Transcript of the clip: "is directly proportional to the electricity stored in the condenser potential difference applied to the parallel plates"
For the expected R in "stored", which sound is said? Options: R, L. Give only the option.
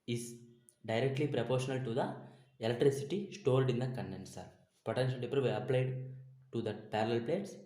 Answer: L